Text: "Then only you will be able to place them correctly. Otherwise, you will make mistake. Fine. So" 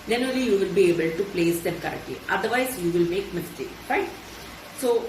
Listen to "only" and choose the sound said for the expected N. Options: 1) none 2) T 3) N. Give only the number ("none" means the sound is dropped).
1